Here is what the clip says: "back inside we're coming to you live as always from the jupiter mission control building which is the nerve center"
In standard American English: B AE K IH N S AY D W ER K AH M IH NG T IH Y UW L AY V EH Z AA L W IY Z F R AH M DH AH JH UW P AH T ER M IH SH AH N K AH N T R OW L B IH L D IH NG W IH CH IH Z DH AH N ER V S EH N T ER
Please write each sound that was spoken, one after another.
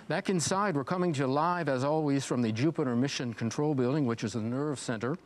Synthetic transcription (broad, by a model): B AE K IH N S AY D W ER K AH M IH NG T IH L AY V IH Z AA L W IY Z F R AH M DH AH JH UW P AH T ER M IH SH AH N K N T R OW L B IH L D IH NG W IH CH IH Z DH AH N ER V S EH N T ER